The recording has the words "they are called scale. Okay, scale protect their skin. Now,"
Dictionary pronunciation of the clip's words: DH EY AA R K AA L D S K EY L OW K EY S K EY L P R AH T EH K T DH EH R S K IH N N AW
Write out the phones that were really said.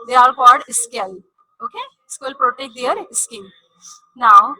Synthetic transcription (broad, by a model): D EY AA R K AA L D S K EY L OW K EY S K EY L P R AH T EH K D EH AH R S K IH L N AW